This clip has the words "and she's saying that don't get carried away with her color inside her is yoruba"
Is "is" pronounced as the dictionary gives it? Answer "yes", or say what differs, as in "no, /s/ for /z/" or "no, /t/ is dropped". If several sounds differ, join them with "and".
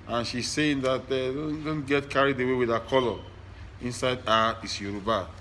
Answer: no, /s/ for /z/